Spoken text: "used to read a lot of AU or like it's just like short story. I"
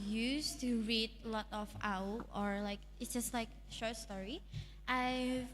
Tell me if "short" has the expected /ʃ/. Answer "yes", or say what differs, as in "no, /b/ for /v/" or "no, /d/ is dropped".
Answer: yes